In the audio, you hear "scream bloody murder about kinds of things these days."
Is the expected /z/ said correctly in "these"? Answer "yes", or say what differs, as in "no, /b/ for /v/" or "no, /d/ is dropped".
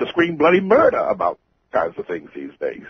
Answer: yes